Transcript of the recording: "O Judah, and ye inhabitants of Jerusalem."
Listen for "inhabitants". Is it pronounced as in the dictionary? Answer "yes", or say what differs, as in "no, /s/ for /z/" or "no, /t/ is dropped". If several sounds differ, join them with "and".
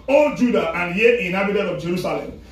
no, /n/ is dropped and /s/ is dropped